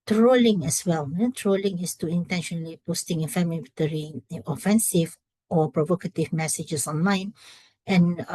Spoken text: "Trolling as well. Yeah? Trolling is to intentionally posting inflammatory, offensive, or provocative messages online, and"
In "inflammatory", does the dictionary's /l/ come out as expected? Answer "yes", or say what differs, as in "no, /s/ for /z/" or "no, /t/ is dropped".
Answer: no, /l/ is dropped